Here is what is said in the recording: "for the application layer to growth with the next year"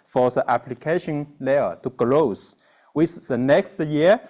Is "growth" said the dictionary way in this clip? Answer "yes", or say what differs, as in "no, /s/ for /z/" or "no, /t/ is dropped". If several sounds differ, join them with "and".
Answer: no, /l/ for /ɹ/ and /s/ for /θ/